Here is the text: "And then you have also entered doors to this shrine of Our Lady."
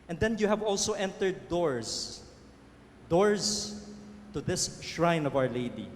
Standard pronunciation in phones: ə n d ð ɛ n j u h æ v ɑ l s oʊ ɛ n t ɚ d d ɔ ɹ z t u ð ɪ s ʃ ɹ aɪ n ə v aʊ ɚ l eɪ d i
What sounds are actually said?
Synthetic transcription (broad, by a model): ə n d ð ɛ n j u h æ v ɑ l s oʊ ɛ n t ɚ d d ɔ ɹ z t u ð ɪ s ʃ ɹ aɪ n ə v aʊ ɚ l eɪ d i